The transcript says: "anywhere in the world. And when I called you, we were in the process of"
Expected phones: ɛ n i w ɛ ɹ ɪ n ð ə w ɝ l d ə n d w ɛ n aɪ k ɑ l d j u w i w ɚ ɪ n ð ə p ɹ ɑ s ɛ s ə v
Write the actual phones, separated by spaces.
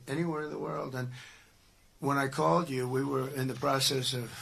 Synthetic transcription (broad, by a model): ɛ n i w ɛ ɹ ɪ n ð ə w ɝ l d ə n w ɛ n aɪ k ɑ l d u w i w ɚ ɪ n ð ə p ɹ ɑ s ɛ s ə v